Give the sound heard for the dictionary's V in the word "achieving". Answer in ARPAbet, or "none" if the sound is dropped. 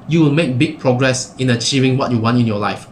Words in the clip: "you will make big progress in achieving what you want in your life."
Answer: V